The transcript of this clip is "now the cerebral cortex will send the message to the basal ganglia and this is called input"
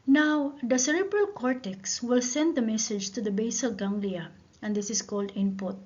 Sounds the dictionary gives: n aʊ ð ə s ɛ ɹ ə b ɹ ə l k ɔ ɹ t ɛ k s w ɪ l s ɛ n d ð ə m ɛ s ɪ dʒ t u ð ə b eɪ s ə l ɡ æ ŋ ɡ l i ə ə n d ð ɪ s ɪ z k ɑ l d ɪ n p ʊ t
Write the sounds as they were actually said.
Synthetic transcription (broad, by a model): n aʊ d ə s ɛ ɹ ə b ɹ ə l k ɔ ɹ t ɛ k s w ɪ l s ɛ n d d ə m ɛ s ɪ dʒ t u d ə b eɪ s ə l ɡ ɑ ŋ ɡ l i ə ə n d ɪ s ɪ s k ɑ l d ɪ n p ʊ t